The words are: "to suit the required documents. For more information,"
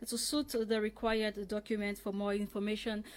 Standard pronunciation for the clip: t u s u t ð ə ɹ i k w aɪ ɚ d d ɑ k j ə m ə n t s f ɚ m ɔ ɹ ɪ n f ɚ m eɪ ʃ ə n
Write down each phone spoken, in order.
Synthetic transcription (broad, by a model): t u s u t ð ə ɹ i k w aɪ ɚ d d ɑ k j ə m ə n t f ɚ m ɔ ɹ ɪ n f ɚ m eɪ ʃ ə n